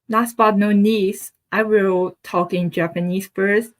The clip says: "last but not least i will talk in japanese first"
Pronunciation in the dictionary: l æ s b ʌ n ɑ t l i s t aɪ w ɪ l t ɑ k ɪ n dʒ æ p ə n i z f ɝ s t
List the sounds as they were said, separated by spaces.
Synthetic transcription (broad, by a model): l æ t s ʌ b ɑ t n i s t aɪ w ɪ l t ɑ k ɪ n dʒ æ p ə n i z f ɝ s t